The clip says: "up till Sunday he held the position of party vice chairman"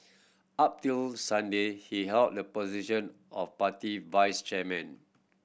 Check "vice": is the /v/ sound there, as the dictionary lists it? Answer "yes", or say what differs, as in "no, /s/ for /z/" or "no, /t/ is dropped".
yes